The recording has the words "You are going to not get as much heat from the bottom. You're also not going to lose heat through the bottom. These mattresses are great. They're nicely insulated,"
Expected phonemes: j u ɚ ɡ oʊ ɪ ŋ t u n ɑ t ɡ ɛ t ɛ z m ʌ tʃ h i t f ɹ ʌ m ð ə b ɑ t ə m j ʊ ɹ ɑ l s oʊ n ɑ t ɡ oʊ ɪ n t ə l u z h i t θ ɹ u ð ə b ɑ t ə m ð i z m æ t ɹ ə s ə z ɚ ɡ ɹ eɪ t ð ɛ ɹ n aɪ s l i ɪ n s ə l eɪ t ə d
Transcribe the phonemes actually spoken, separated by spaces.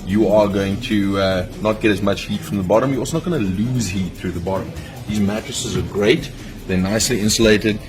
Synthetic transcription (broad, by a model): j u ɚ ɡ oʊ ɪ ŋ t u n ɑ t ɡ ɛ t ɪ z m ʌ tʃ h i t f ɹ ʌ m ð ə b ɑ t ə m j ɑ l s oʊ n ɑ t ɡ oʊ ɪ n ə l u z h i t θ ɹ u ð ə b ɑ t ə m ð i z m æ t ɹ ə s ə z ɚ ɡ ɹ eɪ t ð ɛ n aɪ s l i ɪ n s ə l eɪ t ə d